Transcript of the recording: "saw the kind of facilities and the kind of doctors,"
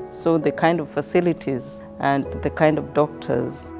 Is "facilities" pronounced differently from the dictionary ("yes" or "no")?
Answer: no